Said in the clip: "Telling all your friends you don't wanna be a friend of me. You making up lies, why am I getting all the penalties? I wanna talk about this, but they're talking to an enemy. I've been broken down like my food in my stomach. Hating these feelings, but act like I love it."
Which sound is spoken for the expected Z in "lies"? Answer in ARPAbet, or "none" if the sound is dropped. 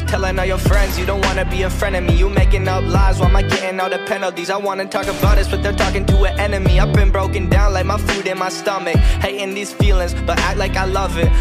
Z